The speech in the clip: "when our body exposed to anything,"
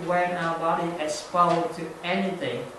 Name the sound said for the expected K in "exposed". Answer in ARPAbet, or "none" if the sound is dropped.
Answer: none